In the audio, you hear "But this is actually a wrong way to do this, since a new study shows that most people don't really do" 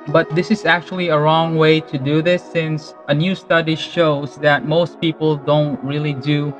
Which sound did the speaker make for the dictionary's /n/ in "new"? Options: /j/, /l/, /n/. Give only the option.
/n/